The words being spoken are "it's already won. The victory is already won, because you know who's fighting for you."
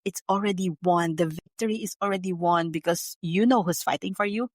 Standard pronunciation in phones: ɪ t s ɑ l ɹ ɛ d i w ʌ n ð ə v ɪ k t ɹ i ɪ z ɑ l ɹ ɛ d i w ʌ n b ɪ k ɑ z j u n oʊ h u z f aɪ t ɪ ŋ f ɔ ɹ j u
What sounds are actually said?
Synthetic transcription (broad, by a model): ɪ t s ɑ l ɹ ɛ d i w ʌ n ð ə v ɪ k t ɹ i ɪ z ɑ l ɹ ɛ d i w ʌ n b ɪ k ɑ s j u n oʊ h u s f aɪ t ɪ ŋ f ɔ ɹ j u